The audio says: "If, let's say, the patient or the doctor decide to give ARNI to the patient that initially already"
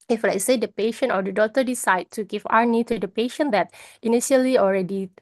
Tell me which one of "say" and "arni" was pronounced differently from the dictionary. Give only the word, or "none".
arni